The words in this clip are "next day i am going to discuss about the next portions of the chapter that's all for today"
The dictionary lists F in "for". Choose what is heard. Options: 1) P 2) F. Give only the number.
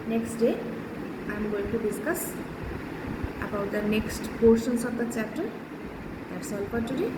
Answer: 1